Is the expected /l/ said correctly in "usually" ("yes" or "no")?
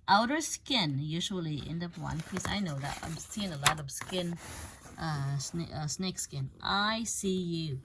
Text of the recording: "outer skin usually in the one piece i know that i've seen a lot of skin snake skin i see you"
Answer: yes